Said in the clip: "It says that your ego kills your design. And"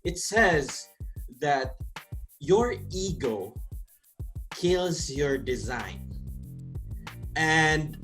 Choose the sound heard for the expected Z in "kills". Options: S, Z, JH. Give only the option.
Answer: Z